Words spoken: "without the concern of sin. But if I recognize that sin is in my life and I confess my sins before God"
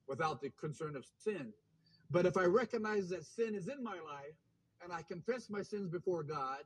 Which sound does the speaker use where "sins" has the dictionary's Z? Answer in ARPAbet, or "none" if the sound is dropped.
Z